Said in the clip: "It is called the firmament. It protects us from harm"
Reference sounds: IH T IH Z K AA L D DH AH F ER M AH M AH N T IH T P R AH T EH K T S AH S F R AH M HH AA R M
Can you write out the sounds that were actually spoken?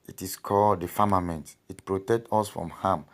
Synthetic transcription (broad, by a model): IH T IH S K AA L D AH F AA M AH M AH N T IH T P R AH T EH K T AO S F R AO M HH AA M